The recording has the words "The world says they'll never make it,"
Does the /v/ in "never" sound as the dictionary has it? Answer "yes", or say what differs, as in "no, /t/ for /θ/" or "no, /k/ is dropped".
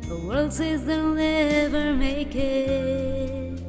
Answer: yes